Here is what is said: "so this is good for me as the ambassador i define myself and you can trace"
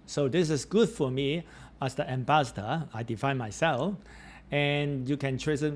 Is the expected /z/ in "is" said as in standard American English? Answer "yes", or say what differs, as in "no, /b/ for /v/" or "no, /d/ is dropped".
no, /s/ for /z/